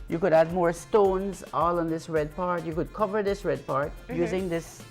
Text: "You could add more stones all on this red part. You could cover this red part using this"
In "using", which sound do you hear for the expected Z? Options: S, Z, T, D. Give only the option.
Z